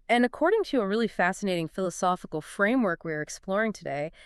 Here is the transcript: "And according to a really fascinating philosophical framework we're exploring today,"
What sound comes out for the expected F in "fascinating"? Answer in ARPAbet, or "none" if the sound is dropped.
F